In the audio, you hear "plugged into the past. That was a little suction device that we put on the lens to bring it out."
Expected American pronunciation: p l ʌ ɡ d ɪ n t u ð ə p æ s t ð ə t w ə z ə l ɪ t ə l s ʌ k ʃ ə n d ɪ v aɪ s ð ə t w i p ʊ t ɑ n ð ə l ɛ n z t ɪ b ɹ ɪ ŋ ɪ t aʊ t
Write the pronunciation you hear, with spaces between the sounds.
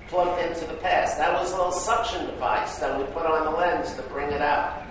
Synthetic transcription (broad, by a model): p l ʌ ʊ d ɪ n t u ð ə p æ s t ð ə t w ə z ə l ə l s ʌ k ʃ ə n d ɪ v aɪ s ð ə t w i p ʊ t n ð ə l ɛ n z t ɪ b ɹ ɪ ŋ ɪ t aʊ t